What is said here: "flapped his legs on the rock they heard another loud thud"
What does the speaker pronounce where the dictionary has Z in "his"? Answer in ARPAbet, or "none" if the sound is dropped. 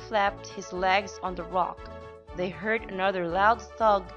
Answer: Z